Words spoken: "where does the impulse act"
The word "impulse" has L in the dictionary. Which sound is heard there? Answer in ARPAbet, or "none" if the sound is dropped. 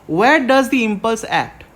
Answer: L